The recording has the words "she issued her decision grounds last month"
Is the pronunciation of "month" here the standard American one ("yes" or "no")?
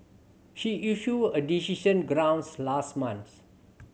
no